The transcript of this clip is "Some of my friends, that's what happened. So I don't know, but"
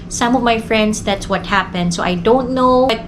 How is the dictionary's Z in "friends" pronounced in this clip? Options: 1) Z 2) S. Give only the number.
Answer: 2